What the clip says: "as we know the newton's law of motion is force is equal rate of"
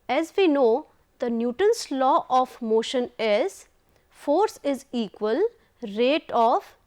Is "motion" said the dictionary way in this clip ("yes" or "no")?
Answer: yes